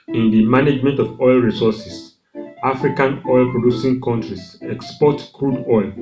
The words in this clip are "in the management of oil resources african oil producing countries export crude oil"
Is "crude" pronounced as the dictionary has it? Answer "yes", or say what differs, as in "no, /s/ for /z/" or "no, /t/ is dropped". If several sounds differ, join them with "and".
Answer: yes